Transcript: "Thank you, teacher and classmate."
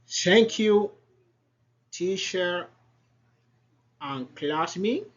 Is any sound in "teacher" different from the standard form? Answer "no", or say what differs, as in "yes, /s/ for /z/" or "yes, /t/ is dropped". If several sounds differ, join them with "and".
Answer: yes, /ʃ/ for /tʃ/